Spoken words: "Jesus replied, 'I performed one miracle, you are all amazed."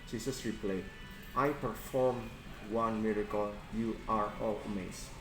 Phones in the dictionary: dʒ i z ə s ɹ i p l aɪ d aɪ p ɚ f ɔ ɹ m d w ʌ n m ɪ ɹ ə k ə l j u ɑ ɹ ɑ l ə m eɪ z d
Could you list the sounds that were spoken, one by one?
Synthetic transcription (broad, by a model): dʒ i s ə s ɹ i p l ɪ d aɪ p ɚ f ɔ ɹ m w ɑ n m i ɹ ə k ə l j u ɑ ɹ ɑ l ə m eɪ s